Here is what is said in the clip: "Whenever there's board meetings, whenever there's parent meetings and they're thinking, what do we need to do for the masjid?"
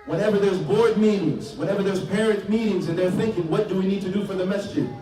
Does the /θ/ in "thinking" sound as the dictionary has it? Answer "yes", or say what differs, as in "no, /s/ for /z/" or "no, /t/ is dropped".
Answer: yes